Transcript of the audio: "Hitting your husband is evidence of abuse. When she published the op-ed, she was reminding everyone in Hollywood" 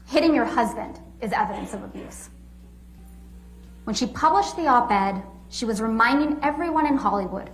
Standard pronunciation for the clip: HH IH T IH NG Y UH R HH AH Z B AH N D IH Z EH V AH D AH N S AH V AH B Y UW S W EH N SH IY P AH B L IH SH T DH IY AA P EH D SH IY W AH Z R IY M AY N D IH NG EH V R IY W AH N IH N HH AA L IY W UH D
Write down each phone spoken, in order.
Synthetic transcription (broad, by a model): HH IH T IH NG Y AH R HH AH Z B AH N D IH Z EH V AH D AH N S AH V AH B Y UW S W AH N SH IY P AH B L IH SH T DH IY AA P EH D SH IY W AH Z R IY M AY N D IH NG EH V R IY W AH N IH N HH AA L IY W UH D